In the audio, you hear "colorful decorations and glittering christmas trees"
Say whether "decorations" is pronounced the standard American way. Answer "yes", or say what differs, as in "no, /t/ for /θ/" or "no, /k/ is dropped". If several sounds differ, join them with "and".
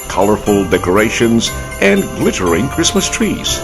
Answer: yes